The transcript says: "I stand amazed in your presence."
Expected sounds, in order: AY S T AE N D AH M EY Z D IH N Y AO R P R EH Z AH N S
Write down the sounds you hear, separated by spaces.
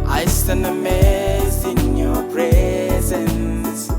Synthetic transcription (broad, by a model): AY S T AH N AH M EY Z D IH N Y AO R P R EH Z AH N S